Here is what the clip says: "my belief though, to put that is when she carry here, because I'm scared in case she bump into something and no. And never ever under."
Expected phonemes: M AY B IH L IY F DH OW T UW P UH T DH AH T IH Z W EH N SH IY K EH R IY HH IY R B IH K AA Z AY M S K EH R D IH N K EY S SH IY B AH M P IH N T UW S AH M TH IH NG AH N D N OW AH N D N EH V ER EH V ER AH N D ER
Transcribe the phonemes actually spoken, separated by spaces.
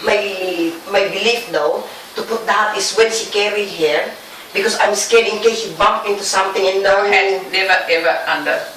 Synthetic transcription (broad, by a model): M AY B IH L IY F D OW T UW P UH T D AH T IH S W EH N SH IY K EH R IY HH IY R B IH K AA S AY M S K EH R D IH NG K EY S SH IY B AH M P IH N T UW S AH M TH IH NG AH N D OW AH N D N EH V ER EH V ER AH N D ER